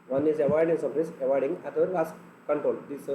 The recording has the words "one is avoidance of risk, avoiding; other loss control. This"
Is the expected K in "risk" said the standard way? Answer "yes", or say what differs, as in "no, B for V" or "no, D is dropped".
no, K is dropped